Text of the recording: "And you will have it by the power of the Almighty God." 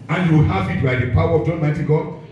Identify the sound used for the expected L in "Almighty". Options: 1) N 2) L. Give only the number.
1